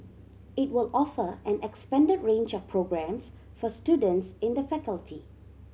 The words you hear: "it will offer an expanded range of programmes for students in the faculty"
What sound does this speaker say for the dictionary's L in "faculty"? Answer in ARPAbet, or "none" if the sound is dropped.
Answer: L